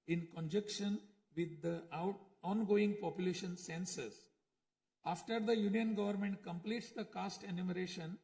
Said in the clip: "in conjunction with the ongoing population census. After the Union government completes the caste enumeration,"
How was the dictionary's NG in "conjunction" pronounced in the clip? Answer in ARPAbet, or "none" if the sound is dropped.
none